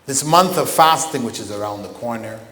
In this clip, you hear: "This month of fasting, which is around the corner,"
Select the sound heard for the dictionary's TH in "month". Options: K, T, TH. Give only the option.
TH